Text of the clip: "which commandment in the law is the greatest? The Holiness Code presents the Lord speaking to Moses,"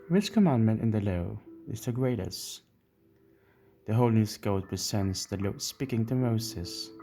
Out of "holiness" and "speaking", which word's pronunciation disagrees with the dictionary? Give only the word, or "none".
holiness